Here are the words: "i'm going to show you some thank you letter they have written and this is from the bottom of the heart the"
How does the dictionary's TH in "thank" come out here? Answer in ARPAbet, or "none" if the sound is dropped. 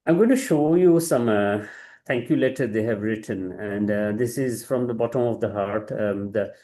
T